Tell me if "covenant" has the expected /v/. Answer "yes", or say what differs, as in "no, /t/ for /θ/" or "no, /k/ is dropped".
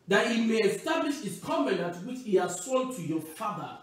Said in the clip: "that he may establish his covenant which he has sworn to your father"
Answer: no, /b/ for /v/